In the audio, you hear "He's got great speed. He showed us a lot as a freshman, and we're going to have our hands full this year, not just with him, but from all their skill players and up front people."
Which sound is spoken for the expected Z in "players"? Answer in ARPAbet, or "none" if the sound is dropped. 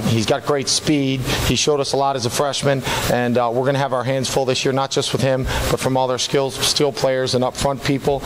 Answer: Z